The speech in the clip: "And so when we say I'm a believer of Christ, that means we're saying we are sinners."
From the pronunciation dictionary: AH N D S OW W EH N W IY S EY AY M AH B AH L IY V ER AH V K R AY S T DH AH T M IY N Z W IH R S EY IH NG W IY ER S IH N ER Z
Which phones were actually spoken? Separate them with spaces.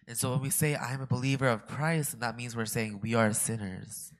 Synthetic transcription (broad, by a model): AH N S OW W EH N W IY S EY AY M AH B AH L IY V ER AH V K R AY S T DH AH T M IY N Z W IH R S EY IH NG W IY ER S IH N ER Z